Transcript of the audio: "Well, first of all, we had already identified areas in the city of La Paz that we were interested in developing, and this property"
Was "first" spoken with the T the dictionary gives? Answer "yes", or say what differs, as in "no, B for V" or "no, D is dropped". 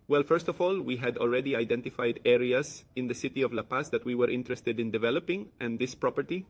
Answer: yes